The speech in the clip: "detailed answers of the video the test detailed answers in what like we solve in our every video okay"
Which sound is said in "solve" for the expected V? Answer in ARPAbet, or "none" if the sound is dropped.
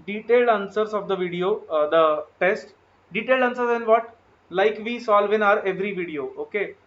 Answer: V